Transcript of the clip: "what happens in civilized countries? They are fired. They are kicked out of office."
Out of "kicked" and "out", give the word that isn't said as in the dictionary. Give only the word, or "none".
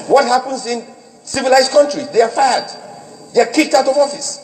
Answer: none